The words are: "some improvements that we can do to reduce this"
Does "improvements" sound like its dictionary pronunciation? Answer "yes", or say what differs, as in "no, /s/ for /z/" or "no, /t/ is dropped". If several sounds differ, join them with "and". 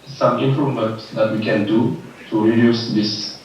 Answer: no, /v/ is dropped